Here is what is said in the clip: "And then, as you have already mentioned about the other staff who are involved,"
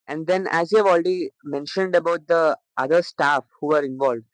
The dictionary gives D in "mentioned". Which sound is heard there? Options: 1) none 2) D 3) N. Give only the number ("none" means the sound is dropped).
2